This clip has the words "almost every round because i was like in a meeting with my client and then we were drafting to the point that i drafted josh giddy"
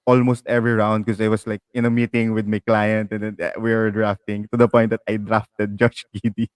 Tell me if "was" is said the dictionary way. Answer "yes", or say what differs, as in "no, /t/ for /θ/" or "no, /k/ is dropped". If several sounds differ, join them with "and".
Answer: no, /s/ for /z/